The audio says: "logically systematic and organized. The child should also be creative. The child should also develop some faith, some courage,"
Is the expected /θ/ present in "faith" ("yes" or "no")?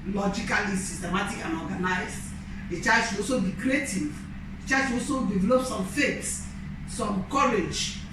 no